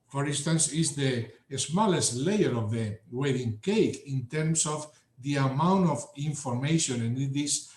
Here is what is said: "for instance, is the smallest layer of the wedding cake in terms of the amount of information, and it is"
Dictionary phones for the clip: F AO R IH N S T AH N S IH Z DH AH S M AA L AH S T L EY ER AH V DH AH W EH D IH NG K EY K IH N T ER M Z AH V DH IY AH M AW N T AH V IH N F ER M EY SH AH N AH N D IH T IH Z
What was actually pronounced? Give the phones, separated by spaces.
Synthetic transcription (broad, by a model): F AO R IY N S T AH N S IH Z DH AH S M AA L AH S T L EY ER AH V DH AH W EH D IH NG K EY K IH N T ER M S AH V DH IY AH M AW N T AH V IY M F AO M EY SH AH N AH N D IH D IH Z